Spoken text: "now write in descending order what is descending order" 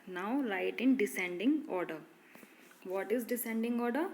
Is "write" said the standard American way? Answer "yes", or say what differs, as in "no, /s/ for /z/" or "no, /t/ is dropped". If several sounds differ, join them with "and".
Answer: no, /l/ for /ɹ/